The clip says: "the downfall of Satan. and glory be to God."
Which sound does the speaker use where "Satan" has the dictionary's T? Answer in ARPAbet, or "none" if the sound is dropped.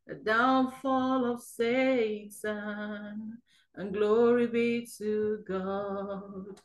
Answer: S